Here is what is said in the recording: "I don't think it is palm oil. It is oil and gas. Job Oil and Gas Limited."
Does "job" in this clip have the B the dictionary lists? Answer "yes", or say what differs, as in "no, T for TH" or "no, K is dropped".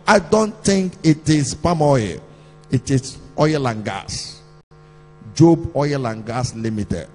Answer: yes